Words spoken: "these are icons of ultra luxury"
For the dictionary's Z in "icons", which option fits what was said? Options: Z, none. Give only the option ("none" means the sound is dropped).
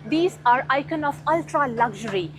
none